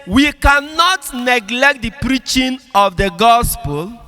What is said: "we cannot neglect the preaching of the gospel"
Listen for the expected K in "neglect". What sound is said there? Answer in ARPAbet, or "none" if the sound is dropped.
K